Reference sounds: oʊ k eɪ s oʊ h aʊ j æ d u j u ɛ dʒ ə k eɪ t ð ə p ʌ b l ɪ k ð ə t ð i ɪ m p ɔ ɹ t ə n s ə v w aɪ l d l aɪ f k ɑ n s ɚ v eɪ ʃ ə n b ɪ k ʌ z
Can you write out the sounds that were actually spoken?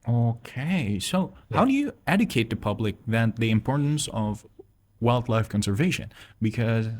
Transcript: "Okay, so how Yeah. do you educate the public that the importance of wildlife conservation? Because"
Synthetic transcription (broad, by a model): oʊ k eɪ s oʊ h aʊ d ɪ j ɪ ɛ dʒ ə k eɪ t ð ə p ʌ b l ɪ k ð ə t ð i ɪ m p ɔ ɹ t n s ə v w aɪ l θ l aɪ f k ɑ n s ɚ v eɪ ʃ ə n b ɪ k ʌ z